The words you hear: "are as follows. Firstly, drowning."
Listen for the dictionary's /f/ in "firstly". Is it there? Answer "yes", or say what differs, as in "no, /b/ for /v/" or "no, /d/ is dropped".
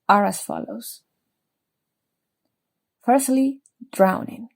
yes